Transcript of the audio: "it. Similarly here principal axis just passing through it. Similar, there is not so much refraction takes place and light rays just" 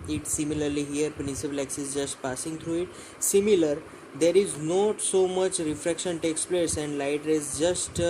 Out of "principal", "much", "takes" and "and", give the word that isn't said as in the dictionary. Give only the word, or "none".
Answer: principal